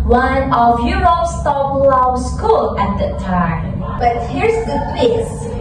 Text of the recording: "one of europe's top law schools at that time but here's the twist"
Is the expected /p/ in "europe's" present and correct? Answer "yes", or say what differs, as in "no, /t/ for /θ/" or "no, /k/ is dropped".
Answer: no, /p/ is dropped